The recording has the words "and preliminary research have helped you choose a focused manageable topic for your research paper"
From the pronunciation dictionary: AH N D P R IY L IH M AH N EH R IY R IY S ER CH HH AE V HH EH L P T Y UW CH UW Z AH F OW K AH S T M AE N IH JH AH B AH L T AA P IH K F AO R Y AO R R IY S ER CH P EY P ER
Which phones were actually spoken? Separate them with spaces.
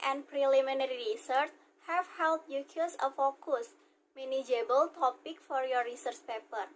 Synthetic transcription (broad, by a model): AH N P R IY L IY M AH N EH R IY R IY S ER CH HH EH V HH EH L T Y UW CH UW S AH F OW K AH S M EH N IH JH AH B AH L T AA P IH K F AO R Y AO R R IY S ER CH P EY P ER